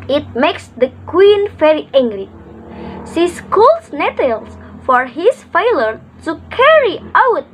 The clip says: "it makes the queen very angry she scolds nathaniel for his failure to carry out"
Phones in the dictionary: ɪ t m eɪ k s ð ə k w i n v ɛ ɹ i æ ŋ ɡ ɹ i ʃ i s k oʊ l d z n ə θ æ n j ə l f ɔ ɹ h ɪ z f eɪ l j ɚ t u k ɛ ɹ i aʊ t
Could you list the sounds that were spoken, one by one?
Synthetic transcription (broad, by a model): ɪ t m eɪ k s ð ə k w i n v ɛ ɹ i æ ŋ ɡ l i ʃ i s k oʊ l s n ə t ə l f ɔ ɹ h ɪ s f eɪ l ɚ t u k ɛ ɹ i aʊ t